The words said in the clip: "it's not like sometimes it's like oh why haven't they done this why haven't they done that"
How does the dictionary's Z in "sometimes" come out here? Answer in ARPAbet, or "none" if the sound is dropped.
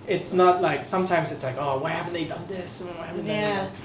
Z